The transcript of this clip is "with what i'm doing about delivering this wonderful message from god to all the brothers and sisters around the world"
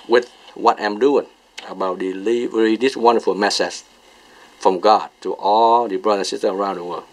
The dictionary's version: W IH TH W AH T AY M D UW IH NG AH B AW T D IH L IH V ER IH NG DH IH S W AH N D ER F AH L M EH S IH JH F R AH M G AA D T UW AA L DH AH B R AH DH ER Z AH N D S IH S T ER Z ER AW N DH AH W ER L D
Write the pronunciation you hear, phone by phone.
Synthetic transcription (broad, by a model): W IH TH W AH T AY M D UW IH NG AH B AW T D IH L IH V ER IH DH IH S W AH N D ER F AH L M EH S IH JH F R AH M G AA D T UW AA L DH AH B R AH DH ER AH N S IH S T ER ER AW N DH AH W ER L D